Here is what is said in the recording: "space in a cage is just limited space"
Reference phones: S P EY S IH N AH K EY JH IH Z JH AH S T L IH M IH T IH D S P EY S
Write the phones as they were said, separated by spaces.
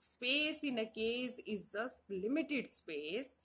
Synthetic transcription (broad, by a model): S P EY S IH N AH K EY Z IH Z JH AH S T L IH M IH T IH D S P EY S